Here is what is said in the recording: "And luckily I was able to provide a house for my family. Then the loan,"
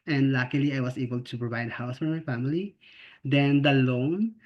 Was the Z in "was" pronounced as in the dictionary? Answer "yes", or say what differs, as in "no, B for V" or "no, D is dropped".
no, S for Z